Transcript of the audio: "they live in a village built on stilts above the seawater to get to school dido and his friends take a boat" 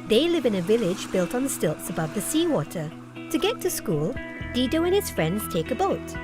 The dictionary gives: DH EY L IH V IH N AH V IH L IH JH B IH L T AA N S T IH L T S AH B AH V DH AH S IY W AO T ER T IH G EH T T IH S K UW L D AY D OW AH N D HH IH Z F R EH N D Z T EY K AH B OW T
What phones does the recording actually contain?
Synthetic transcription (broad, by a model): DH EY L IH V IH N AH V IH L IH JH B IH L T N S T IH L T S AH B AH V DH AH S IY W AO T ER T IH G EH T T IH S K UW L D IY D OW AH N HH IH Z F R EH N D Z T EY K AH B OW T